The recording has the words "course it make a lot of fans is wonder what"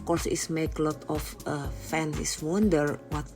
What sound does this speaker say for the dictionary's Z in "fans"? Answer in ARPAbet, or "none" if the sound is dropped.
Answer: none